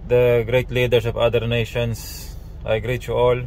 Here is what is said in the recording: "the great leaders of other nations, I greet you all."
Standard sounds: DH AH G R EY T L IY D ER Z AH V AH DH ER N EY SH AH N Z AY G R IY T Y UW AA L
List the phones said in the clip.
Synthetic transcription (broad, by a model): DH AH G R EY T L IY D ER S AH V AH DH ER N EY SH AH N S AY G R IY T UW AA L